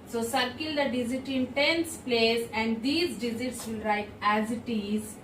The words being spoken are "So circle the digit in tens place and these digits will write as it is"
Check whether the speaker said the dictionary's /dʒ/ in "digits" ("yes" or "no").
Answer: no